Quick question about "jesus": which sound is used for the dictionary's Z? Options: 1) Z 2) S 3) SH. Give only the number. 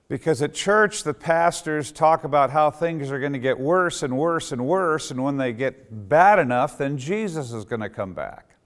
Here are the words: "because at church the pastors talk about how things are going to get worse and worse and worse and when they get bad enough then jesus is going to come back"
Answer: 1